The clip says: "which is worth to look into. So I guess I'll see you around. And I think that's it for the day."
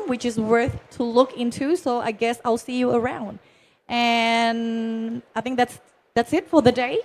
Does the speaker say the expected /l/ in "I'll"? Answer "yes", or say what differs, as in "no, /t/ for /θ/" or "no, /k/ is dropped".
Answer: yes